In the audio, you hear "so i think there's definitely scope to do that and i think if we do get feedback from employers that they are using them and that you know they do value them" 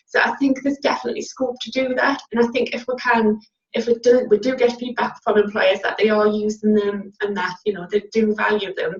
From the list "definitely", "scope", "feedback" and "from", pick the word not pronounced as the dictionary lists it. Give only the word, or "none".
feedback